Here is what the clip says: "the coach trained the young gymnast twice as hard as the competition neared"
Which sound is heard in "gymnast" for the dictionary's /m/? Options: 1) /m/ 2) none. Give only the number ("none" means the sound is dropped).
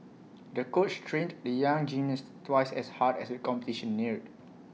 2